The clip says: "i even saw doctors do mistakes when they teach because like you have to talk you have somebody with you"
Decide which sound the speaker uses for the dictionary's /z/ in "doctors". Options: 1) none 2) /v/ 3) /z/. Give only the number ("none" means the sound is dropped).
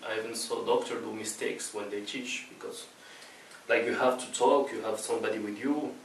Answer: 1